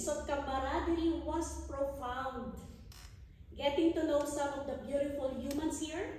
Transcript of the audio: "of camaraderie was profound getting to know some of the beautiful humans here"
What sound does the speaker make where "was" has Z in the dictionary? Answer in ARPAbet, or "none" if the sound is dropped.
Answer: S